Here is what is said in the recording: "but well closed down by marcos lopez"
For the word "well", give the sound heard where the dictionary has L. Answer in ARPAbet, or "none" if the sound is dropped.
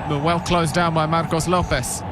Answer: L